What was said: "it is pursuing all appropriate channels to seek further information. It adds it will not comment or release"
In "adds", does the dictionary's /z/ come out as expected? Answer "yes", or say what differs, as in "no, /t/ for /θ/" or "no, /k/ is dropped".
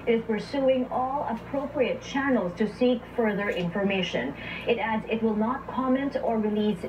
yes